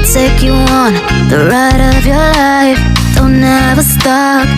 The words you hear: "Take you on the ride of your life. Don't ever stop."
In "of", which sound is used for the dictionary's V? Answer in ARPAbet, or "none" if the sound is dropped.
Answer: V